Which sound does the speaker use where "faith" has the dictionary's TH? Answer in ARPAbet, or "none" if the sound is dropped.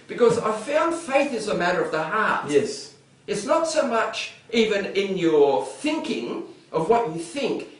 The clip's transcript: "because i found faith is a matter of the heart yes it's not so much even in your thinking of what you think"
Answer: TH